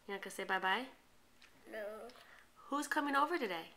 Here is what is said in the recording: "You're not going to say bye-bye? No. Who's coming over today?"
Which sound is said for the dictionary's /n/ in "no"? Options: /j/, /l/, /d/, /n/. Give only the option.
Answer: /l/